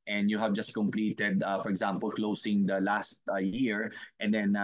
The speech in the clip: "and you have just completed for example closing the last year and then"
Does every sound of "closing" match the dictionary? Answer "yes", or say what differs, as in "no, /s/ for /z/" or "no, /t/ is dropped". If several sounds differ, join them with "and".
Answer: no, /s/ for /z/